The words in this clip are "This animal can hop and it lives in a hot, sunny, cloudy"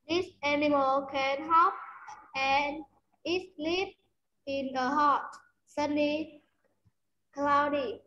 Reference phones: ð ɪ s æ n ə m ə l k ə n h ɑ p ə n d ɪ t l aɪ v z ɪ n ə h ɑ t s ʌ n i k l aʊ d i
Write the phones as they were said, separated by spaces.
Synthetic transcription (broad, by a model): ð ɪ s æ n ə m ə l k ə n h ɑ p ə n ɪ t l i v ɪ n ə h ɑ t s ʌ n i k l aʊ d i